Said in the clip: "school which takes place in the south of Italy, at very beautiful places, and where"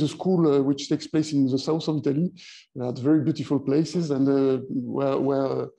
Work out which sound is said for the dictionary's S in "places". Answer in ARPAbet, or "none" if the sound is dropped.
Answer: S